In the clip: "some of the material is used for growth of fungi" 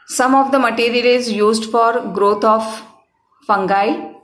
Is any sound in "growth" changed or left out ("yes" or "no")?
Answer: yes